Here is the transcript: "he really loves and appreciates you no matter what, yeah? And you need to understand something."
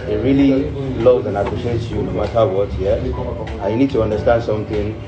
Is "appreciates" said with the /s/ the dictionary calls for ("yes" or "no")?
no